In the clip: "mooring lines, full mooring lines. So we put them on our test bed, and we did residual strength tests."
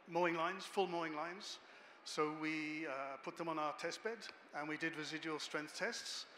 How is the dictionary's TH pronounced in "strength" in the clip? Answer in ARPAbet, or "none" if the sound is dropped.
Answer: TH